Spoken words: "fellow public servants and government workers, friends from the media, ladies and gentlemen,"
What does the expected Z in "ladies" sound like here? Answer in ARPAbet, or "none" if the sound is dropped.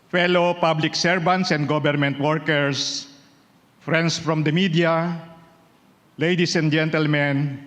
S